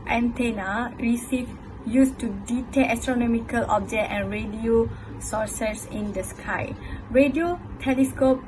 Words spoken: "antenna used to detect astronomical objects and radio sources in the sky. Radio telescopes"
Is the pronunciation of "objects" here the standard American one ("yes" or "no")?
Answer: no